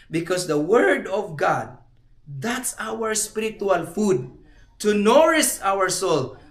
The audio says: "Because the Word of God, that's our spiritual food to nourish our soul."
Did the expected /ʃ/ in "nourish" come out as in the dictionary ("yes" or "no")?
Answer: no